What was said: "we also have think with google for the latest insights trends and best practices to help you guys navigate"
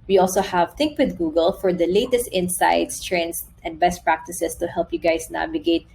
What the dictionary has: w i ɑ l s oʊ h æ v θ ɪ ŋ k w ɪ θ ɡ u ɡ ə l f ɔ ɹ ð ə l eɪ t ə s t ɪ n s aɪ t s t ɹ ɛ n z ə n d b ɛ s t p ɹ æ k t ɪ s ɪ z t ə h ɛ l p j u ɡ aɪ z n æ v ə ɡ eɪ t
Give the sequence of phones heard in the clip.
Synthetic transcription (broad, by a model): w i ɑ l s oʊ h æ v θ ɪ ŋ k w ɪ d ɡ u ɡ ə l f ɔ ɹ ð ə l eɪ t ə s t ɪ n s aɪ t s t ɹ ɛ n s ə n d b ɛ s t p ɹ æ k t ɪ s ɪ s t ə h ɛ l p j u ɡ aɪ s n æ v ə ɡ eɪ t